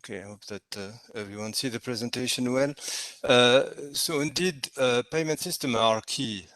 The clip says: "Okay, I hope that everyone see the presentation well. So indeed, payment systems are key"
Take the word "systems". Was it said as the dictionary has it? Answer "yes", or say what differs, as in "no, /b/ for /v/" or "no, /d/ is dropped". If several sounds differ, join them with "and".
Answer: no, /z/ is dropped